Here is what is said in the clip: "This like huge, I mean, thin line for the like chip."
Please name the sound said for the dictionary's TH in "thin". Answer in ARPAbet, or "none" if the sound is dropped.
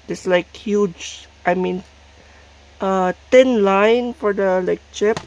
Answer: T